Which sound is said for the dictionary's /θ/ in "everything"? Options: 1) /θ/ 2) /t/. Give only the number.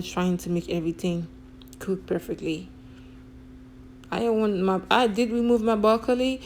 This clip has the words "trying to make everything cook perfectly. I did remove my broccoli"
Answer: 1